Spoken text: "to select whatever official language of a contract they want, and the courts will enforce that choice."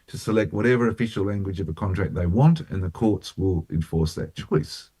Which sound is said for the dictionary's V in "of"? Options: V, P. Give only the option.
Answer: V